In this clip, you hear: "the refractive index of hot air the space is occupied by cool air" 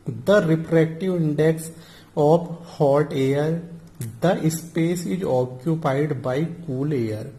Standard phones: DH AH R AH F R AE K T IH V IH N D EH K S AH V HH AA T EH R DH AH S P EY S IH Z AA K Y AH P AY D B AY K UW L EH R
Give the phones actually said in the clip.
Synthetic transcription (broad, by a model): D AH R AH P R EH K T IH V IH N D EH K S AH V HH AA T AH R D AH S P EY S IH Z AA K Y AH P AY D B AY K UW L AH R